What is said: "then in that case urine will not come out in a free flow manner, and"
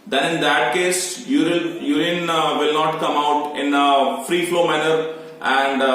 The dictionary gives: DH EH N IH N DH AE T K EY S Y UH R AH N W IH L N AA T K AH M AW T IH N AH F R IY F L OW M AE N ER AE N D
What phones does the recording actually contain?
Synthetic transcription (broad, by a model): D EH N IH N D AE T K EY S Y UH L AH N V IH L N AA T K AH M AW T IH N AH F R IY F L OW M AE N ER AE N D